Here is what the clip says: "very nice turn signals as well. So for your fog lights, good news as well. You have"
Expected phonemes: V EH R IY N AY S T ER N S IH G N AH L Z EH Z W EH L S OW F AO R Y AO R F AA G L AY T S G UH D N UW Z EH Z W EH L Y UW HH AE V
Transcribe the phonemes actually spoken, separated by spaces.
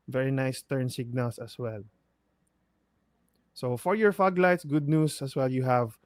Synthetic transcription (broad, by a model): V EH R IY N AY S T ER N S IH G N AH L S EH S W EH L S OW F AO R Y AO R F AA G L AY T S G UH D N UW S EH S W EH L Y UW HH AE V